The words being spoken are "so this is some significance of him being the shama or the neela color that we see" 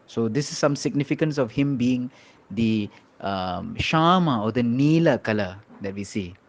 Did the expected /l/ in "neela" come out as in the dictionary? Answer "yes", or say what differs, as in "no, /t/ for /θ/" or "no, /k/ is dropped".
yes